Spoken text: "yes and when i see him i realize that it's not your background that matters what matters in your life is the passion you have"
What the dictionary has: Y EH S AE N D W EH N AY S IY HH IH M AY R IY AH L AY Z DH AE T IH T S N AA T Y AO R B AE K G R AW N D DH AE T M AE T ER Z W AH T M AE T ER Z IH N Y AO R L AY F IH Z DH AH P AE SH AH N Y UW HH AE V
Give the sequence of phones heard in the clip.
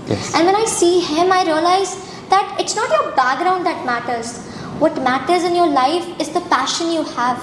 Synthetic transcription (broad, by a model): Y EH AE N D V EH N AY S IY HH IH M AY R IY AH L AY Z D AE T IH T S N AA T Y AO R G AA G R AW N D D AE T M AE T ER Z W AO T M AE T ER Z IH N Y AO R L AY F IH Z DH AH P AE SH AH N Y UW HH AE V